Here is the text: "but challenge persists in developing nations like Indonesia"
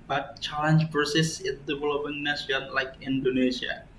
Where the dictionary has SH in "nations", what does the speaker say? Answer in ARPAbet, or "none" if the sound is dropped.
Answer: S